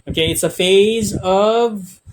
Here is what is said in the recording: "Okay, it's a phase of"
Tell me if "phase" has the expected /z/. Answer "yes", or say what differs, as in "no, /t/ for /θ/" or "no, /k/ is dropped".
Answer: yes